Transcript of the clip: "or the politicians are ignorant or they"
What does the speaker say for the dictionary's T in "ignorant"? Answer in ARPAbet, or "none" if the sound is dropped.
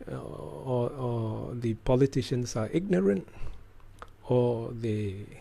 T